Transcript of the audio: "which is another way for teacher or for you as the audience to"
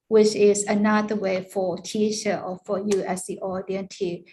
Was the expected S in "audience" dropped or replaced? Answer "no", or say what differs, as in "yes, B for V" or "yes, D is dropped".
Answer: yes, S is dropped